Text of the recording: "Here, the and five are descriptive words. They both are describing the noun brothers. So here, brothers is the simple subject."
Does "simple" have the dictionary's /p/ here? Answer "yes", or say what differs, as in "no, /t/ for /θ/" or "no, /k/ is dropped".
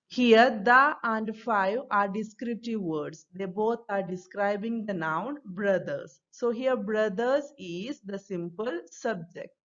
yes